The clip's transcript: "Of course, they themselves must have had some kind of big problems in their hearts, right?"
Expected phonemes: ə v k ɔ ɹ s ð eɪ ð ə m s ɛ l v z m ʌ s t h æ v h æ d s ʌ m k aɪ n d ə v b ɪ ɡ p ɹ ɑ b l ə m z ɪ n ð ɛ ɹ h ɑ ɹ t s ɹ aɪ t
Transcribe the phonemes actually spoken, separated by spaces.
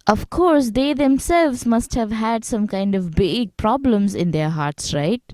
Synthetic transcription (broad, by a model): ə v k ɔ ɹ s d eɪ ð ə m s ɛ l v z m ʌ s t h æ v h æ d s ʌ m k aɪ n d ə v b ɪ ɡ p ɹ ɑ b l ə m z ɪ n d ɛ ɹ h ɑ ɹ t s ɹ aɪ t